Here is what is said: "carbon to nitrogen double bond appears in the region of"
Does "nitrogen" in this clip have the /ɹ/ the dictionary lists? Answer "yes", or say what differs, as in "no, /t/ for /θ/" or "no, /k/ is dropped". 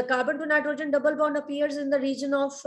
yes